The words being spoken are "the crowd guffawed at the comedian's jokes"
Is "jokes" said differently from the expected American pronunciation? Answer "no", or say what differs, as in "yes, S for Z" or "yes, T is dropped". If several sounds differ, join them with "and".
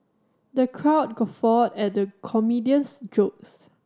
no